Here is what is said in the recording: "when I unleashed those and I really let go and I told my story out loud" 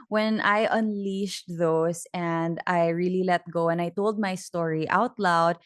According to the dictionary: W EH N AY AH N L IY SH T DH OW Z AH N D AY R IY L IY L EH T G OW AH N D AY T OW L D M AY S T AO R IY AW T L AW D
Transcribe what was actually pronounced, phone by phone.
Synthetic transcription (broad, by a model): W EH N AY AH N L IY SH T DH OW S AH N D AY R IY L IY L EH T G OW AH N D AY T OW L D M AY S T AO R IY AW T L AW D